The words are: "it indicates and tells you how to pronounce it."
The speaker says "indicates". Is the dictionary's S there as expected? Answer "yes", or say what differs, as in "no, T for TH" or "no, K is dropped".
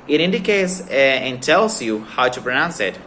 yes